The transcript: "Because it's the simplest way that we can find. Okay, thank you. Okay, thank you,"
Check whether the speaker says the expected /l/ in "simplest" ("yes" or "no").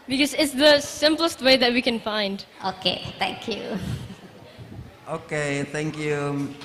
yes